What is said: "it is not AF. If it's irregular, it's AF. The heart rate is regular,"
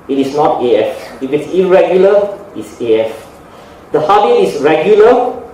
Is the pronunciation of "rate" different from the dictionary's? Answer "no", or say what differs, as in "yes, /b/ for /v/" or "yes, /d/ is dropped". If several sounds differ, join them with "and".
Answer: yes, /t/ is dropped